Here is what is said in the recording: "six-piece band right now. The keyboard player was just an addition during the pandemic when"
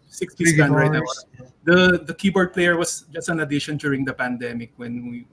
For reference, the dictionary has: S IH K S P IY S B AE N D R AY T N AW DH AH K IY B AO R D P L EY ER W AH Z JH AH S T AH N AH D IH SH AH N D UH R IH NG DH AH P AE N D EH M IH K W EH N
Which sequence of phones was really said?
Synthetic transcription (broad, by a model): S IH K S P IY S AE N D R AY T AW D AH K IY B AO R D P L EY ER W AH S JH AH S T AH N AH D IH SH AH N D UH R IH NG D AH P AE N D EH M IH K W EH N